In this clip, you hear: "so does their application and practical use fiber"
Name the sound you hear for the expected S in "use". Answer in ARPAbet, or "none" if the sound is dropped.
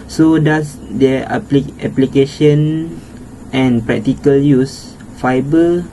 S